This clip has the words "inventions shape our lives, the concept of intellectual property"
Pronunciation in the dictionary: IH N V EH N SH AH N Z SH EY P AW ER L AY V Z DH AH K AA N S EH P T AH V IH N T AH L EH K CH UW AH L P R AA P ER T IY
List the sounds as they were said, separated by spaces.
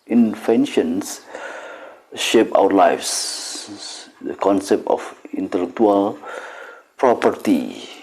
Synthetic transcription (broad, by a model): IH N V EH N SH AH N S SH EY P AW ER L AY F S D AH K AA N S EH P T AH F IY N T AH L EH K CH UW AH L P R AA P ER T IY